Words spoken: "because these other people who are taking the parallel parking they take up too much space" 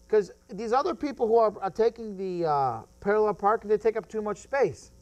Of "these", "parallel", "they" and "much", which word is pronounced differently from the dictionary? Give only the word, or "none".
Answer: none